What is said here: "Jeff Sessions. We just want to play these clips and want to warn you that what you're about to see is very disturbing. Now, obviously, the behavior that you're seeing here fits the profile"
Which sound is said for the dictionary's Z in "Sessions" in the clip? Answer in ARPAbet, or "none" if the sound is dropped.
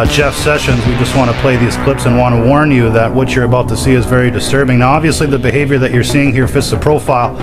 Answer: Z